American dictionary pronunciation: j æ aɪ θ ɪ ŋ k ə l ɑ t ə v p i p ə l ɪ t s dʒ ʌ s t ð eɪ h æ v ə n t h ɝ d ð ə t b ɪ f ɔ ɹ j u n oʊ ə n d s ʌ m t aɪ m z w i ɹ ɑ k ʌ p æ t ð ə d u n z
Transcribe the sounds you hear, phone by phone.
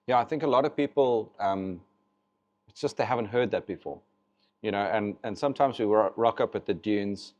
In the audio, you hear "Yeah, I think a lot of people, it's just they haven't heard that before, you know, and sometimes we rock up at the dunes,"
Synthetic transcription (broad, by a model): j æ aɪ θ ɪ ŋ k ə l ɑ t ə v p i p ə l ɪ t s dʒ ʌ s t ð eɪ h æ v ə n t h ɝ d ð ə t b ɪ f ɔ ɹ j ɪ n oʊ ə n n s ʌ m t aɪ m z w i ɹ ɑ k ʌ p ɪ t ð ə d u n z